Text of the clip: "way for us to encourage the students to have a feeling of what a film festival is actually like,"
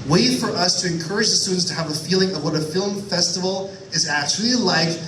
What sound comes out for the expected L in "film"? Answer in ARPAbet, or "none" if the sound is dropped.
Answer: L